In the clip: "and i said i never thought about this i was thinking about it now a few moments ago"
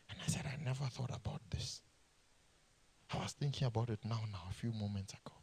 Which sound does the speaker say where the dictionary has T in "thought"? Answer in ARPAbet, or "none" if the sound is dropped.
T